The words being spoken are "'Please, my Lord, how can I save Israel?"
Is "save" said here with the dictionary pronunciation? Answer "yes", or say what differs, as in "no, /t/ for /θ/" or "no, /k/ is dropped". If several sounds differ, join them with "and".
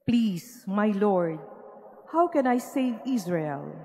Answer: no, /v/ is dropped